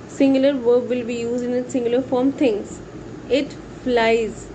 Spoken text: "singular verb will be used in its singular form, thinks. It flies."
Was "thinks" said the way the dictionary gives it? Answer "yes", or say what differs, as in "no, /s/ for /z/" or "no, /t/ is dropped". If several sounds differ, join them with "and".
no, /t/ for /θ/ and /k/ is dropped